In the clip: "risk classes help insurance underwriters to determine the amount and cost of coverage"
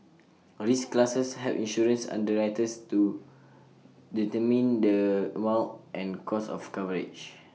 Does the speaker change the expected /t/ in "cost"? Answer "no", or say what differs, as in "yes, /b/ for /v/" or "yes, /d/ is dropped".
yes, /t/ is dropped